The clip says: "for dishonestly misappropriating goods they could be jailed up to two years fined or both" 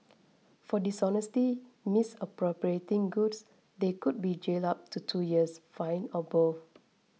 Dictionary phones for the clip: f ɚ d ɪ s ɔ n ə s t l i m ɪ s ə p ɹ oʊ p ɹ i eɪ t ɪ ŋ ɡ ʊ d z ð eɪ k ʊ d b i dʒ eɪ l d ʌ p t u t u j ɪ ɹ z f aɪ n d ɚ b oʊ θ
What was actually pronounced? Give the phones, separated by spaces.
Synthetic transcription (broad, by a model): f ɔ d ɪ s ɔ n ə s t i m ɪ s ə p ɹ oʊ p ɹ i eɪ t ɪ ŋ ɡ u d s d eɪ k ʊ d b i dʒ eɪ l ɑ p t u t u j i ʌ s f aɪ n ɚ b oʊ f